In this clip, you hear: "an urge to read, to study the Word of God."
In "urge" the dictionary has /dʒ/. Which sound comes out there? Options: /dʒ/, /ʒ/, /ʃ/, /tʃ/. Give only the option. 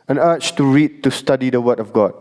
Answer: /tʃ/